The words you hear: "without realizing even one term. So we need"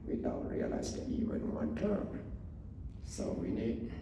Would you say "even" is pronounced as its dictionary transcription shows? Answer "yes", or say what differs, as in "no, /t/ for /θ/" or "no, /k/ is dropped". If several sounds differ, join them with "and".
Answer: no, /w/ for /v/